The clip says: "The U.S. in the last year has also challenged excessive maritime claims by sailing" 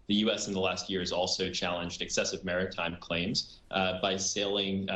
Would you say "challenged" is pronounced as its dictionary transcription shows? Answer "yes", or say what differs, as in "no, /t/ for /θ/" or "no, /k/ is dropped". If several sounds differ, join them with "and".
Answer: yes